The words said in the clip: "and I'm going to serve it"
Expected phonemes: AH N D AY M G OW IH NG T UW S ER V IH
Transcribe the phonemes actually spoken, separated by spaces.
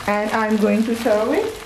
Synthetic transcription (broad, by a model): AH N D AY M G OW IH NG T UW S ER IH